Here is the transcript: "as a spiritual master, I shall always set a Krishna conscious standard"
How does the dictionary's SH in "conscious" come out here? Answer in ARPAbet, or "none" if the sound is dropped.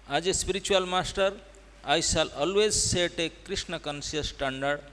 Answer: S